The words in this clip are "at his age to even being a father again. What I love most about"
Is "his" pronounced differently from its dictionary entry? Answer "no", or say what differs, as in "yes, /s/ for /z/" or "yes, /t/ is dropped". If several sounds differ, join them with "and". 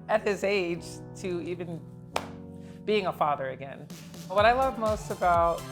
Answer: no